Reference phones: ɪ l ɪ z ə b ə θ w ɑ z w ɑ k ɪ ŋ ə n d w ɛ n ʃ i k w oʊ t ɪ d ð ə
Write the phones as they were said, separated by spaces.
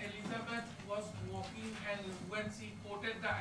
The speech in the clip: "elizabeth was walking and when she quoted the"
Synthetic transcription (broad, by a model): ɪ l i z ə b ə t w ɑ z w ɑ k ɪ ŋ ə n d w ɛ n s i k oʊ t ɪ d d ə